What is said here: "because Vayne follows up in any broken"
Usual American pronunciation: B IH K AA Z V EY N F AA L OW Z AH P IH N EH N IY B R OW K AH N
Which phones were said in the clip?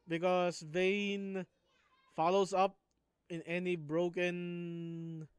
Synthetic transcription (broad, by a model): B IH K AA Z V EY N F AA L OW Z AH P IH N EH N IY B R OW K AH N